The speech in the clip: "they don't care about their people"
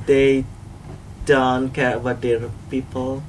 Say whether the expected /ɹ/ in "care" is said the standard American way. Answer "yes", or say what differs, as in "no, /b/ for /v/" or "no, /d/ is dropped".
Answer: no, /w/ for /ɹ/